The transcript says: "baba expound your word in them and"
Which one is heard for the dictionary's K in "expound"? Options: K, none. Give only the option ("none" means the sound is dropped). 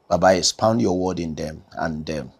none